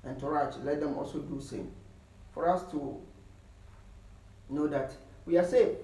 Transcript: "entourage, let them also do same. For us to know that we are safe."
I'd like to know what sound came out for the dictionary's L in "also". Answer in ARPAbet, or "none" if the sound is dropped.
L